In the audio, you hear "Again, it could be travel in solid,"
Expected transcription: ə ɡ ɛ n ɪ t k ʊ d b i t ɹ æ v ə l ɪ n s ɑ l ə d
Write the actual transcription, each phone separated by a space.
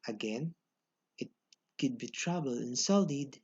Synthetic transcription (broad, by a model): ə ɡ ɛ n ɪ t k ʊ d b i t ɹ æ b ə l ɪ n s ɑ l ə d